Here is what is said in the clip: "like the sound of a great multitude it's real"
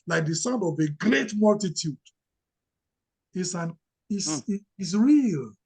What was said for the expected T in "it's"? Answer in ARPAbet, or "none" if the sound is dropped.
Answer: S